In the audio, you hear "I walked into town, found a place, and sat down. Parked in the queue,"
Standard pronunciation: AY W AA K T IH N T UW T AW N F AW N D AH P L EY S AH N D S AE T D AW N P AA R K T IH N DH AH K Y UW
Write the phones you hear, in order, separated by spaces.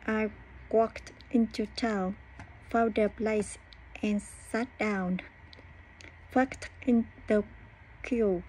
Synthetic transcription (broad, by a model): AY W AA K T IH N T UW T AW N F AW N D AH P L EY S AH N S AE T D AW N F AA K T IH N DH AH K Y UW